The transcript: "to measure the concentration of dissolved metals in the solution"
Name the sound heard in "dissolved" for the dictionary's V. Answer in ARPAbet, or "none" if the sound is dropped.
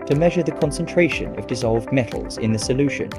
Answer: V